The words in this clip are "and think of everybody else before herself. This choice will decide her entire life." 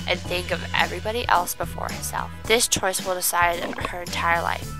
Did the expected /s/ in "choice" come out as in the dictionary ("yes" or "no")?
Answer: yes